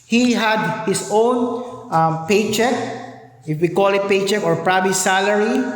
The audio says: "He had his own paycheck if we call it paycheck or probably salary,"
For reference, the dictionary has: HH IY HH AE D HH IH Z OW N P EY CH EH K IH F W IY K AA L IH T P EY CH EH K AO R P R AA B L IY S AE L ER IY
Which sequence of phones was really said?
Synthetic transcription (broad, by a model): HH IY HH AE D HH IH S OW N P EY CH EH K IH F W IY K AA L IH T P EY CH EH K AO R P R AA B IY S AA L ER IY